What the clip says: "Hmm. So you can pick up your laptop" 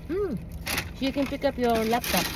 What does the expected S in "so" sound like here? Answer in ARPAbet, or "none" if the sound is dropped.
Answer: SH